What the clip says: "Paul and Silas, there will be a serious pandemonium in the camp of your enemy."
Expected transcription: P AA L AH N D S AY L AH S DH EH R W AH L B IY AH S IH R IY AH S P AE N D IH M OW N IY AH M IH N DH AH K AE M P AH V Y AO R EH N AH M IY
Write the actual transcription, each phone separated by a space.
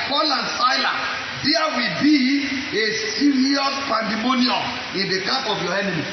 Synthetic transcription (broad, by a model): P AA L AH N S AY L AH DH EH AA W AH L B IY AH S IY R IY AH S P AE N D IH M OW N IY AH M IH N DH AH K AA P AH V Y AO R EH N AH M IY